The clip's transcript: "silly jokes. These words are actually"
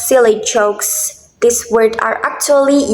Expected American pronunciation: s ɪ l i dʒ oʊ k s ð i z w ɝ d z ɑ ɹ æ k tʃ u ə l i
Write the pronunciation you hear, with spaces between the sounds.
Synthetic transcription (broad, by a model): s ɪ l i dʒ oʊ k s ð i s w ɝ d ɑ ɹ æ k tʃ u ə l i